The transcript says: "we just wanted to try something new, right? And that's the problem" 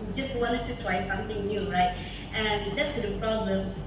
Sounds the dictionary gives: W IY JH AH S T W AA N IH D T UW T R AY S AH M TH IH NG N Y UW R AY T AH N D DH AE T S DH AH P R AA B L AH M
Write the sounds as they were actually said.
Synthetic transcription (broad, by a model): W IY JH AH S T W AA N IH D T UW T W AY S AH M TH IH NG N Y UW R AY T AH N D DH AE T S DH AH P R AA B L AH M